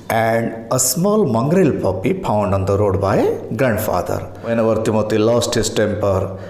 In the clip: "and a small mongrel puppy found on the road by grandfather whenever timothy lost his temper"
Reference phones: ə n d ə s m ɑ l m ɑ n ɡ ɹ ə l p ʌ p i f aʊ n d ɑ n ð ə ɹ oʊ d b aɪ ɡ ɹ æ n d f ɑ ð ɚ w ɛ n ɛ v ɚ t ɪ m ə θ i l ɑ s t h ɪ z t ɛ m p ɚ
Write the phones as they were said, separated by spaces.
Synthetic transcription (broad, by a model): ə n d ə s m ɑ l m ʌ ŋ ɡ ɹ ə l p ʌ p i p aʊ n d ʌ n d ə ɹ oʊ d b aɪ ɡ ɹ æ n d f ɑ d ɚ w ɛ n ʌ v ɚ t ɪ m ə t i l ɑ s t h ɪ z t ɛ m p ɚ